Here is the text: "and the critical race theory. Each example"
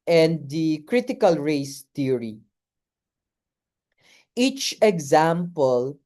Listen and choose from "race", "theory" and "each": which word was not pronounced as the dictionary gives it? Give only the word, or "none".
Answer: theory